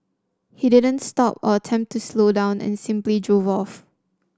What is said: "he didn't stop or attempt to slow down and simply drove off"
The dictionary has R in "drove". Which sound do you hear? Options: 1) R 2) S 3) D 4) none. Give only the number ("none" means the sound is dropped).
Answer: 1